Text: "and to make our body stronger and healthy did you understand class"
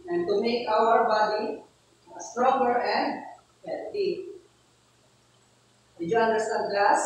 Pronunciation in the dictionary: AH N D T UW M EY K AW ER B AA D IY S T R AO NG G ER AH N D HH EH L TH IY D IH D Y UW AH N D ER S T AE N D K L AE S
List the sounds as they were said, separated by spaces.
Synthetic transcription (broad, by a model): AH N T UW M EY K AW ER B AA D IY S T R AO NG G ER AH N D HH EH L T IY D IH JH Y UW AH N D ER S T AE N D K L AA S